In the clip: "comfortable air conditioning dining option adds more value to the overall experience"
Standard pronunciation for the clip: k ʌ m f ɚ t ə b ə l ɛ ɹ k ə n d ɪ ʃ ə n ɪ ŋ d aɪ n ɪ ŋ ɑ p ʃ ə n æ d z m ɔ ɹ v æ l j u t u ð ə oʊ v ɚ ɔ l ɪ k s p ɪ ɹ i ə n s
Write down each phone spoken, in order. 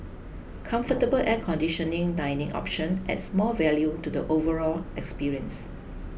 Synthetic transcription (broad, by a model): k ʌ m f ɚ t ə b ə l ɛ k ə n d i ʃ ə n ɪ ŋ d aɪ n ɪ ŋ ɑ p ʃ ə n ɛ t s m ɔ l v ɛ l j u t u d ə oʊ v ɚ ɔ l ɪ k s p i ɹ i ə n s